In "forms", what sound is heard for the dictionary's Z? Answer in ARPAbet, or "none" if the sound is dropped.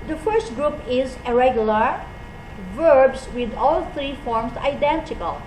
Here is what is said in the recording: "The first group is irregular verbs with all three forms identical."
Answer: S